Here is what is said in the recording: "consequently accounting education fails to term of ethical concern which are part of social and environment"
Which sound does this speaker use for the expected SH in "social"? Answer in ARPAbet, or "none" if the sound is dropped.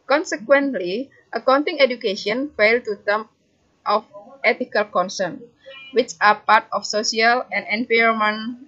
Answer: S